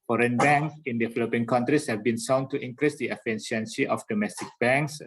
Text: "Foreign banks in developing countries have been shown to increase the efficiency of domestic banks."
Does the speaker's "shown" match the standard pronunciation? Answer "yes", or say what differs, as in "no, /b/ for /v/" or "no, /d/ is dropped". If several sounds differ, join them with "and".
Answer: no, /s/ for /ʃ/